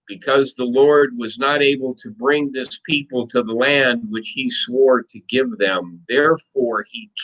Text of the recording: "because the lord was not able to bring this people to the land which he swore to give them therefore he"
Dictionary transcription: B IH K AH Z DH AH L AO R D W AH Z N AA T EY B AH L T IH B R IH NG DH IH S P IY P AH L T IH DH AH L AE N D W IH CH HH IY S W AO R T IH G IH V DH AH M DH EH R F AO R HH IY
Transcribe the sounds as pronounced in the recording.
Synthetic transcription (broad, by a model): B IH K AH Z DH AH L AO R D W AH Z N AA T EY B L T IH B R IH NG DH IH S P IY P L T IH DH AH L AE N D W IH CH HH IY S W AO R T IH G IH V DH AH M DH EH R F AO R IY